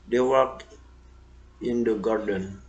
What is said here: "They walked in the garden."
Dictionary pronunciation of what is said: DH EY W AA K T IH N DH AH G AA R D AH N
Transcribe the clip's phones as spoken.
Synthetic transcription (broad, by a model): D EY W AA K IH N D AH G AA R D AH N